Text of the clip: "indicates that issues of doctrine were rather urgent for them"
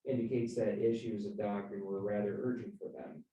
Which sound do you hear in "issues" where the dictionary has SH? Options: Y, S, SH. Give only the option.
SH